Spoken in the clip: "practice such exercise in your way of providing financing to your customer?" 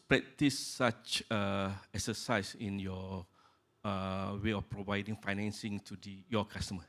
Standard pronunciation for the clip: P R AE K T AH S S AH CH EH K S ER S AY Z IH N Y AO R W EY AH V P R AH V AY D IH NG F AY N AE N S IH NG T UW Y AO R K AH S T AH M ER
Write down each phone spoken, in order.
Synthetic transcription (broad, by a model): P R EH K T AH S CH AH EH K S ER S AY S IH N Y AO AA W EY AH F P R AH V AY D IH NG F AY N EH N S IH NG T UW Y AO K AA S T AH M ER